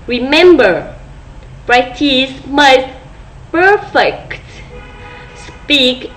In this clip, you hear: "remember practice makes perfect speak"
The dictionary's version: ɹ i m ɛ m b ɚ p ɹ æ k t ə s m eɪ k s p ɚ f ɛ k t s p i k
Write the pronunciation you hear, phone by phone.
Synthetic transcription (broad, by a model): ɹ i m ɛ m b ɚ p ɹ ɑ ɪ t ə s m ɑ s p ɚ f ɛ k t s p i k